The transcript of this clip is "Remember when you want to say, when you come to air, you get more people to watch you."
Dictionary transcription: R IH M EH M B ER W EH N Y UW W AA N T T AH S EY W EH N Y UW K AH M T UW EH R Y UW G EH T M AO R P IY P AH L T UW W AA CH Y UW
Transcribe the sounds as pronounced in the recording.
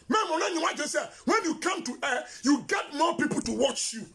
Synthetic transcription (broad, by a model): M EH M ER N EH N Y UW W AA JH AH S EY W EH N Y UW K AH M T UW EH Y UW G EH T M AO P IY P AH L T UW W AA CH Y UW